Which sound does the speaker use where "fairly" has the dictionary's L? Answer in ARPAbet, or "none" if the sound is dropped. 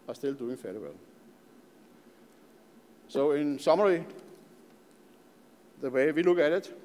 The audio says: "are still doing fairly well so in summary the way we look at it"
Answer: none